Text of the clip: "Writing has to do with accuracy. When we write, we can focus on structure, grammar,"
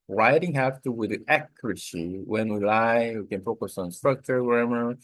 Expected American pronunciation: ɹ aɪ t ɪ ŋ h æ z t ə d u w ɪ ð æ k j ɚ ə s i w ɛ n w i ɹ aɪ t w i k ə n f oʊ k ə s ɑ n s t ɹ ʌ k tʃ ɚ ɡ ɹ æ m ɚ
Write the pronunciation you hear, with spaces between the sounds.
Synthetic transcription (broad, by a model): ɹ aɪ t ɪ ŋ h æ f t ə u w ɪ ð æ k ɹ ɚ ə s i w ɛ n w i l aɪ w i k ə n f oʊ k ə s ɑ n s t ɹ ʌ k tʃ ɚ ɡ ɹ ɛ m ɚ